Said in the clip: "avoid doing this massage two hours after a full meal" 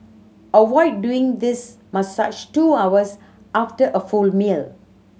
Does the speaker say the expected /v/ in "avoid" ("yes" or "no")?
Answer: no